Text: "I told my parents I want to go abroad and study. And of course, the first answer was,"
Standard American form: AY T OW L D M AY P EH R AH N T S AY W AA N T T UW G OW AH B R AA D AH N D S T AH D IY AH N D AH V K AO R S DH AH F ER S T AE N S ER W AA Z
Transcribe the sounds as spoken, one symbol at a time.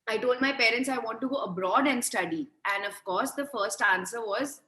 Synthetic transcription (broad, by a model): AY T OW L D M AY P EH R AH N T S AY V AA N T T UW G OW AH B R AA D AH N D S T AH D IY AH N D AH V K AO R S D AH F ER S T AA N S ER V AA Z